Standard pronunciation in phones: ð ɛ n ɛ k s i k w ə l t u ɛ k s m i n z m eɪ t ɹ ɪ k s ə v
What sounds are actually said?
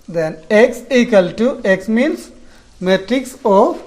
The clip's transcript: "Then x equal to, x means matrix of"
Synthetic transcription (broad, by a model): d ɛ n ɛ k s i k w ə l t u ɛ k s m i n s m eɪ t ɹ ɪ k s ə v